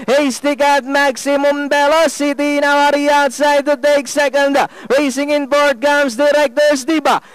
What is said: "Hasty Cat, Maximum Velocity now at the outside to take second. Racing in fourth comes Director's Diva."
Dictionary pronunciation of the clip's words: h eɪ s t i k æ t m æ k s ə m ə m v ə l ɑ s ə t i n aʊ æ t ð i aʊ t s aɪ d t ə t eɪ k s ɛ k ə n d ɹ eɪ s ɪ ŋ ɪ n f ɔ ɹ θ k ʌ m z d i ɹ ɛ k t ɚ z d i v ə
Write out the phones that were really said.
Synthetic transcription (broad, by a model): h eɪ s t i k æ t m æ k s ə m ə m b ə l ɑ s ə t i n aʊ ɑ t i aʊ t s aɪ d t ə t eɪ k s ɛ k ə n d ɹ eɪ s ɪ ŋ ɪ n p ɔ ɹ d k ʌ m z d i ɹ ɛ k t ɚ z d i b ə